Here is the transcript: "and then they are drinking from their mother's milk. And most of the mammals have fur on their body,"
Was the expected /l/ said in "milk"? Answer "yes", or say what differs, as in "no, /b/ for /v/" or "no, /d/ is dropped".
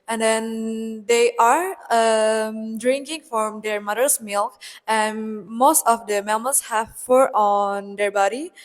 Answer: yes